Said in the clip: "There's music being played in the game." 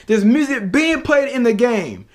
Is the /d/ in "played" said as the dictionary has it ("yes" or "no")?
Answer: yes